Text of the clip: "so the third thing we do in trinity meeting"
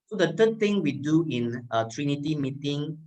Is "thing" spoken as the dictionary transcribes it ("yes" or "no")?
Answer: no